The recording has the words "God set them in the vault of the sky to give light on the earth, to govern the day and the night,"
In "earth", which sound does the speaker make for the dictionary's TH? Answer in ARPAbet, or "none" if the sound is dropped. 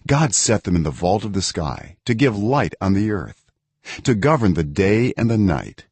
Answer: TH